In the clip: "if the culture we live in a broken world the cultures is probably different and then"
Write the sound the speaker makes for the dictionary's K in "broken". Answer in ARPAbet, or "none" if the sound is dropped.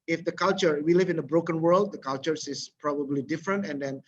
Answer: K